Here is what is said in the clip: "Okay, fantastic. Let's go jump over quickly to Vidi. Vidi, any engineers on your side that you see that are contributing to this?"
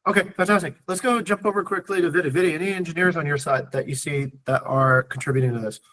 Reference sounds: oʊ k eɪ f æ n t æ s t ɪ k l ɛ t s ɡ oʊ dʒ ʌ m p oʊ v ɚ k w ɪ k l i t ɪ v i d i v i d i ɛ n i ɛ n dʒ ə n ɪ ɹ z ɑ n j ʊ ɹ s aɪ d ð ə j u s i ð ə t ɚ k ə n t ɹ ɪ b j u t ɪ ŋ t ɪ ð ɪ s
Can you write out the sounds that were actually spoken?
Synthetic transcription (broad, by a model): oʊ k eɪ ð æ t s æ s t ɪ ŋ l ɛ t s ɡ oʊ dʒ ʌ m p oʊ v ɚ k w ɪ k l i t ɪ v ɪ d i v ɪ d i ɛ n i ɛ n dʒ ə n ɪ ɹ z n j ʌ ɹ s aɪ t ð ə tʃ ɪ s i ð ə t ɚ k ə n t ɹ ɪ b j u t ɪ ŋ t ɪ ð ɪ s